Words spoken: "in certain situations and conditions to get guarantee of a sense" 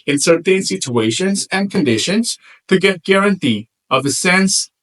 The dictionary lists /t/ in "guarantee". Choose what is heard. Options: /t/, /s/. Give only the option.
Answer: /t/